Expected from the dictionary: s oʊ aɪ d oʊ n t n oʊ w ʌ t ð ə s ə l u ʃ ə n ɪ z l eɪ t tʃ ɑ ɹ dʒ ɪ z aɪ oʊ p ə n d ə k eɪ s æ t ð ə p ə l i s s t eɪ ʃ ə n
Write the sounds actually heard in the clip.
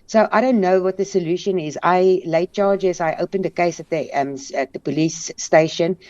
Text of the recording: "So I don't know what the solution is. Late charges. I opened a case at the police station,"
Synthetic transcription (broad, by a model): s oʊ aɪ d oʊ n t n oʊ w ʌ t ð ə s ə l u ʃ ə n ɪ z l eɪ t tʃ ɑ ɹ dʒ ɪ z aɪ oʊ p ə n d ə k eɪ s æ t ð ə p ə l i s s t eɪ ʃ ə n